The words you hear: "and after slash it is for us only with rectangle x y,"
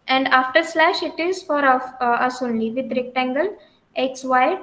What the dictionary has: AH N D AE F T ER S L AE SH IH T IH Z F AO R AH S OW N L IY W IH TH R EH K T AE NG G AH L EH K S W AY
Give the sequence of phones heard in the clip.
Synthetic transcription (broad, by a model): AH N D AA F T ER S L AE SH IH T IH Z F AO R AH S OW N L IY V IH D R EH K T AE NG G AH L EH K S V AY